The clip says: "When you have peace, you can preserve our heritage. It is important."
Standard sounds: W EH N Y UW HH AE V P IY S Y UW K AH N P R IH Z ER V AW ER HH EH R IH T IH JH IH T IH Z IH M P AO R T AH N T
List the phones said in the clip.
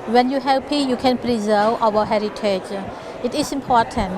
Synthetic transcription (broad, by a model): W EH N Y UW HH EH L P IY Y UW K AH N P R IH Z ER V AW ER HH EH R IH T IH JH IH T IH S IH M P AO T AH N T